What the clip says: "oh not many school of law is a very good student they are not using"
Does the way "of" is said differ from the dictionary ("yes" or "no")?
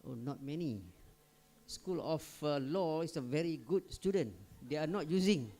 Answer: yes